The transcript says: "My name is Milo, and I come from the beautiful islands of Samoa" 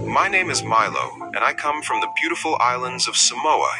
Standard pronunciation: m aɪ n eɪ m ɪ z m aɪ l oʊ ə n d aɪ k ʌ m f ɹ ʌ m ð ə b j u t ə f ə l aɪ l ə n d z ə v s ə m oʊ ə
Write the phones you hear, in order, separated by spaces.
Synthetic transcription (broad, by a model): m aɪ n eɪ m ɪ z m aɪ l oʊ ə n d aɪ k ʌ m f ɹ ʌ m ð ə b j u t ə f l aɪ l ə n d z ə v s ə m oʊ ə